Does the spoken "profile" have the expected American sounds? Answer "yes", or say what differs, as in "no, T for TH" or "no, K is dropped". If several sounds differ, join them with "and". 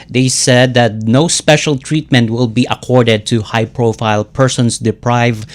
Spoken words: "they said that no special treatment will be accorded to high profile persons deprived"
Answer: yes